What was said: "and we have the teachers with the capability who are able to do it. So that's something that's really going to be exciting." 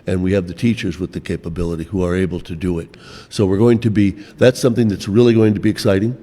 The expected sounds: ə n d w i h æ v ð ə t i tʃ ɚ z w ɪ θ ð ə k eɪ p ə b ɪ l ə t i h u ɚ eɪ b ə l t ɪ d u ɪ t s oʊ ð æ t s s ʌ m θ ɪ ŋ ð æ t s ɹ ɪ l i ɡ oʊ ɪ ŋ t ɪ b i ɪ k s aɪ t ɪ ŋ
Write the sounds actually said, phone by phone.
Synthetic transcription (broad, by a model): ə n w i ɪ v ð ə t i tʃ ɚ z w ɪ ð ə k eɪ p ə b ɪ l ə t i h u ɚ eɪ b l t ɪ d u ɪ t s oʊ ð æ t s s ʌ m θ ɪ ŋ ð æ t s ɹ ɪ l i ɡ oʊ ɪ ŋ t ɪ b i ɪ k s aɪ t ɪ ŋ